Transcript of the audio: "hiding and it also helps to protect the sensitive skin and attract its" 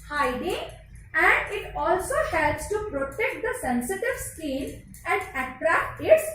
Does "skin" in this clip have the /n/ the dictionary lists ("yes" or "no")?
no